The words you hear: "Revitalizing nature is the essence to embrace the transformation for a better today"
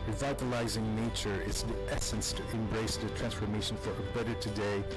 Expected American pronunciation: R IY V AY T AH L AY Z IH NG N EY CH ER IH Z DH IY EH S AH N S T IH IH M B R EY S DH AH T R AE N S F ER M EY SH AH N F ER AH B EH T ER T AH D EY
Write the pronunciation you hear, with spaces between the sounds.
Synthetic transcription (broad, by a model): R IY V AY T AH L AY Z IH NG N EY CH ER IH Z DH IY EH S AH N S T IH IH M B R EY S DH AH T R AE N S F ER M EY SH AH N F ER AH B EH T ER T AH D EY